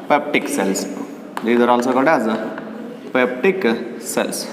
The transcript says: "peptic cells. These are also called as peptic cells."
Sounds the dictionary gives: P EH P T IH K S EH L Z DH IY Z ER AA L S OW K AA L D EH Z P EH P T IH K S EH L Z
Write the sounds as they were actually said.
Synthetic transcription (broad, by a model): P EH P T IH K S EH L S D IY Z ER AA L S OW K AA D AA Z P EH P T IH K S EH L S